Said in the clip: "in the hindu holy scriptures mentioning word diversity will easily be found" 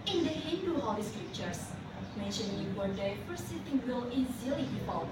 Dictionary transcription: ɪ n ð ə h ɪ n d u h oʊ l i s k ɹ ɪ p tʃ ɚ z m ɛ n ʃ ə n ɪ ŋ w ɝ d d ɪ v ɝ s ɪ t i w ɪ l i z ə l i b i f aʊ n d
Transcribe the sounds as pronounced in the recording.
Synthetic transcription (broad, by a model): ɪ n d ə h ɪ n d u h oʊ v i s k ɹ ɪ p tʃ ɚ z m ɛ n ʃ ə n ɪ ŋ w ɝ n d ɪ f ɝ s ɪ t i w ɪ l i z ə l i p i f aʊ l